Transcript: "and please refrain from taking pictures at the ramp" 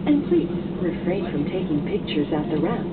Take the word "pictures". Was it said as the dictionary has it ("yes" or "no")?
yes